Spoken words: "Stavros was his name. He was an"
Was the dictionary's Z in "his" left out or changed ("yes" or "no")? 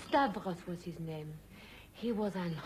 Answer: no